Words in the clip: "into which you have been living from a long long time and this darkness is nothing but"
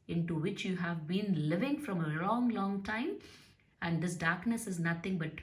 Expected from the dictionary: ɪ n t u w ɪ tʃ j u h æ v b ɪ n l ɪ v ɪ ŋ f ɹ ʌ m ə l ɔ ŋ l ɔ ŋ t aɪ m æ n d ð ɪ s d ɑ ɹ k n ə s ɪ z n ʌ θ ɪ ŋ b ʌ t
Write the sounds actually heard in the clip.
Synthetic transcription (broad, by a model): ɪ n t u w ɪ tʃ j u h æ v b ɪ n l ɪ v ɪ ŋ f ɹ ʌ m ə l ɔ ŋ l ɔ ŋ t aɪ m æ n d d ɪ s d ɑ ɹ k n ə s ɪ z n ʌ t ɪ ŋ b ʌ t